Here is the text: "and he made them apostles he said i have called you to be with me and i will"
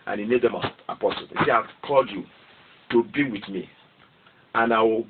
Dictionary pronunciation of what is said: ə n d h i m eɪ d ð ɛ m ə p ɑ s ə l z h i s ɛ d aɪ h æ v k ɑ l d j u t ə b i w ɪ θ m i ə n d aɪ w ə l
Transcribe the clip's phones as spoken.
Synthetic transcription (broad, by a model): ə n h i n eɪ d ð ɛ m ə p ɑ s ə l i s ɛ aɪ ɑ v k ɑ l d j u t ə b i w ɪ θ m i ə n aɪ w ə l